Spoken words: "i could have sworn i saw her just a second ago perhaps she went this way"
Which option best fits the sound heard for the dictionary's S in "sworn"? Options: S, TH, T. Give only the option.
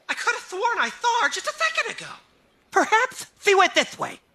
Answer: TH